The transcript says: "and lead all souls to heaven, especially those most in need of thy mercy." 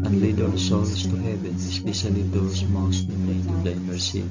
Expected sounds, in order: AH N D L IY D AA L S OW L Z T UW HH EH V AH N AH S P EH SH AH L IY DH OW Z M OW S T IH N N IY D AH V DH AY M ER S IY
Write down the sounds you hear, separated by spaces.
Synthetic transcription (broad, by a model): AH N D L IY D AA N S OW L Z T UW HH EH V AH N S P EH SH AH L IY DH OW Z M OW S T IH N L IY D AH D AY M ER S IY